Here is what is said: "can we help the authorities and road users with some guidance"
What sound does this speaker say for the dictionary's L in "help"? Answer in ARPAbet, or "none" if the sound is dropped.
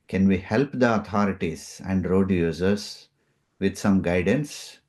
L